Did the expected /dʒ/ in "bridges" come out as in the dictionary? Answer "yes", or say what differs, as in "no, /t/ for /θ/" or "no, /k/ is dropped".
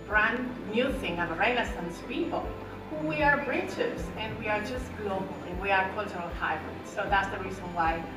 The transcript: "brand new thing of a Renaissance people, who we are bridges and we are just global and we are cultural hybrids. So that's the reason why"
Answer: no, /tʃ/ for /dʒ/